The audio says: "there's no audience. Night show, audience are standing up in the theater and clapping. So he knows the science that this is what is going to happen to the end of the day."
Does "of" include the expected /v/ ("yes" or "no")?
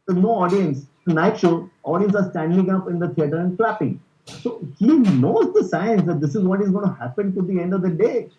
yes